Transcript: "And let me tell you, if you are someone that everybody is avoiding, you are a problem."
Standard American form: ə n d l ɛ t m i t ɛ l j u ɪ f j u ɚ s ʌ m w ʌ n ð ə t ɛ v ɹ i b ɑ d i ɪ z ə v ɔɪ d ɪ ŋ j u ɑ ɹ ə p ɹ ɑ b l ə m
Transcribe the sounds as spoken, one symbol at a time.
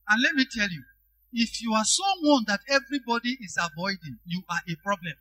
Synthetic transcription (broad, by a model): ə n l ɛ t m i t ɛ l j u ɪ f j u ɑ s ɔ w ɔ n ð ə t ɛ v ɹ i b ɑ d i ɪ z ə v ɔɪ d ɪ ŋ j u ɑ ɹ ə p ɹ ɑ b l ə m